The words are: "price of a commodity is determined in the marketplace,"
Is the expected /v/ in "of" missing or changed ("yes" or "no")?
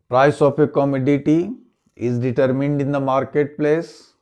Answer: yes